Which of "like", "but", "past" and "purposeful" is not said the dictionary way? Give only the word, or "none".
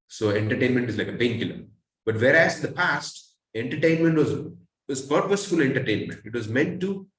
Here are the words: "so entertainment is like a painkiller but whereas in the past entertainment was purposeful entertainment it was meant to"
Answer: none